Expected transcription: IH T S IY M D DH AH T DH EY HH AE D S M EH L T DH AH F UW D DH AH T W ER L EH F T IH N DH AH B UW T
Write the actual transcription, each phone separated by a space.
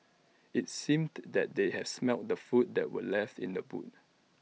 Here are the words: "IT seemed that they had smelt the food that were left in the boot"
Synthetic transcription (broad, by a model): IH T S IY M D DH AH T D EY HH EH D S M EH L T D AH F UW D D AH T W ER L EH F T IH N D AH B UW T